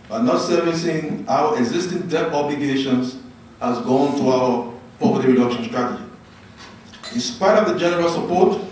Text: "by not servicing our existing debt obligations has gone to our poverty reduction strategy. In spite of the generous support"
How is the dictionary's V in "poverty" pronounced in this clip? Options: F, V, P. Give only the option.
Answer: P